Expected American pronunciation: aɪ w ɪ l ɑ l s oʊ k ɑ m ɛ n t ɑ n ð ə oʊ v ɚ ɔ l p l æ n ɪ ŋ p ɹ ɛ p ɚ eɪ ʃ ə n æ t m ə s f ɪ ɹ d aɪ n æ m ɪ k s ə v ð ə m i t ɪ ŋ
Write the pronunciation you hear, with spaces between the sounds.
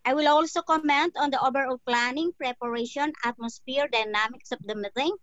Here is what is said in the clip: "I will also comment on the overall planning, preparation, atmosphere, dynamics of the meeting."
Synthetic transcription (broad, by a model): aɪ w ɪ l ɑ l s oʊ k ɑ m ɛ n t ɑ n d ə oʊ b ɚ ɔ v p l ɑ n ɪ ŋ p ɹ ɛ p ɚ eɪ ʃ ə n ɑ t m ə s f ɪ ɹ d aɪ n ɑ m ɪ k s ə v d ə m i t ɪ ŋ